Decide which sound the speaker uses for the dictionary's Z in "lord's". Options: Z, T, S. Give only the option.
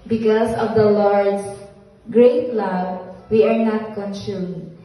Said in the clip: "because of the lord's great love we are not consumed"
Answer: S